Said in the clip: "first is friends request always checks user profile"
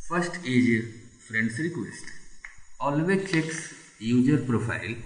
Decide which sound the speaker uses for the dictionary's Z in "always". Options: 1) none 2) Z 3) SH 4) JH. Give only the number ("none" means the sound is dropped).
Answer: 1